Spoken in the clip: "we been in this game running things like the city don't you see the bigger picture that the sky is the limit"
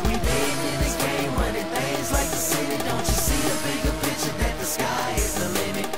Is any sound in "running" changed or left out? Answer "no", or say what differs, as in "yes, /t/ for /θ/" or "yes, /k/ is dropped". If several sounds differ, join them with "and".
yes, /w/ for /ɹ/